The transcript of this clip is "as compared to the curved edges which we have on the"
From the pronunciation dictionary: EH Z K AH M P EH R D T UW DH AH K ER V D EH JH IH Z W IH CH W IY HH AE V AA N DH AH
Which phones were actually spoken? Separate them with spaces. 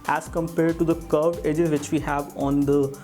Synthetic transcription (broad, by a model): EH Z K AH M P EH R D T UW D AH K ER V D EH JH IH Z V IH CH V IY HH AE V AA N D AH